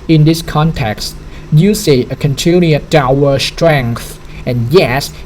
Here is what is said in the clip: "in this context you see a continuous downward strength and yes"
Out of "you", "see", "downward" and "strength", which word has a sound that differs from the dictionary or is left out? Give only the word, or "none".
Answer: downward